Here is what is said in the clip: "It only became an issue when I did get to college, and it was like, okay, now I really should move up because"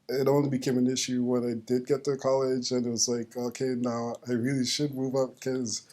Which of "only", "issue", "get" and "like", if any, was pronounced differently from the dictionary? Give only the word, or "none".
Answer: only